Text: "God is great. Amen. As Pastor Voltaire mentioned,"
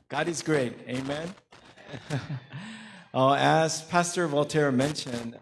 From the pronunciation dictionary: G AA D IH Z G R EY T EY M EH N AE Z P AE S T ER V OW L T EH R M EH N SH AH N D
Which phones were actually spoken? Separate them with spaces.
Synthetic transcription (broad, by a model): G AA D IH Z G R EY T EY M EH N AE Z P AE S T ER V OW L T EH R M EH N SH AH N